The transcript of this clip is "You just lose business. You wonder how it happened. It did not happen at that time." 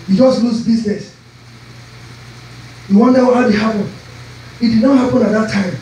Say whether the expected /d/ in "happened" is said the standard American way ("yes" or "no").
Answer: no